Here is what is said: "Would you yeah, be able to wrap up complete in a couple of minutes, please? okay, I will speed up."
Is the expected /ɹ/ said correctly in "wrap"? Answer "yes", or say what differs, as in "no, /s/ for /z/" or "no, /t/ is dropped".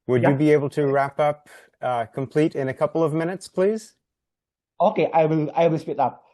yes